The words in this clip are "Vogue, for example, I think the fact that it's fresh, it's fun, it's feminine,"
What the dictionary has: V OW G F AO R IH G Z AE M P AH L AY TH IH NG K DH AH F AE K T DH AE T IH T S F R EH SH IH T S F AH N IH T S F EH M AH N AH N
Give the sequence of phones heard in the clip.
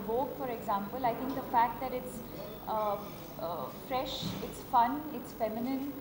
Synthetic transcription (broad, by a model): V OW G F AO R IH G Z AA M P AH L AY T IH NG K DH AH F AE K T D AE T IH T S F R EH SH IH T S F AH N IH T S F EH M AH N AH N